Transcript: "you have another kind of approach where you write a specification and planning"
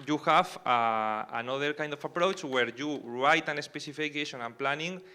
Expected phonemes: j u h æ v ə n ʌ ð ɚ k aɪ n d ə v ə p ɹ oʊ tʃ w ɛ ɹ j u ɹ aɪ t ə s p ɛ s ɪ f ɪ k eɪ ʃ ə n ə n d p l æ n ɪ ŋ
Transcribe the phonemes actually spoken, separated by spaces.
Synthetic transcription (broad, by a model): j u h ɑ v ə n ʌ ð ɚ k aɪ n d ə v ə p ɹ oʊ tʃ w ɛ ɹ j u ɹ aɪ t ə s p ɛ s ɪ f ɪ k eɪ ʃ ə n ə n p l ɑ n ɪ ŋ